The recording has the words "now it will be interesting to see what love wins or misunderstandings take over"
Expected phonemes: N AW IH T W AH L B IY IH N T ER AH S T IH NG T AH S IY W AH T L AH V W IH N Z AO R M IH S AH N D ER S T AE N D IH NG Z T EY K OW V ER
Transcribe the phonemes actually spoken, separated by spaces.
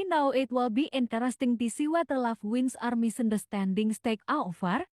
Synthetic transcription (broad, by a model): N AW IH T W AH L B IY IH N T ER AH S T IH NG T AH S IY W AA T L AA F W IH N S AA R M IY S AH N D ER S T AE N D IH NG S T EY K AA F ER